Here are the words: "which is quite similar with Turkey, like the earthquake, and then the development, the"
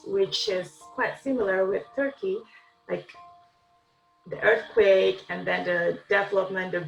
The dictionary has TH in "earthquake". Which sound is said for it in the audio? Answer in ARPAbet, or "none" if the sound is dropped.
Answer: TH